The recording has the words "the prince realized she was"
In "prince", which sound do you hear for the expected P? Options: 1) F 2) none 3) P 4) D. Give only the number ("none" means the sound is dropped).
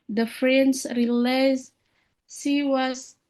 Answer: 1